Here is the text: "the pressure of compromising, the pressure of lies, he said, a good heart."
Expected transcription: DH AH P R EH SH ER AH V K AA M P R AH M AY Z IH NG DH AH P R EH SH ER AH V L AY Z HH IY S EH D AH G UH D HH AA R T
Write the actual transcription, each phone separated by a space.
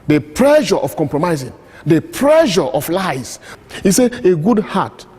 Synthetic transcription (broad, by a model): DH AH P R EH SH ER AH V K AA M P R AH M AY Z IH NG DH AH P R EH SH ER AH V L AY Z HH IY S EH AH G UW D HH AA T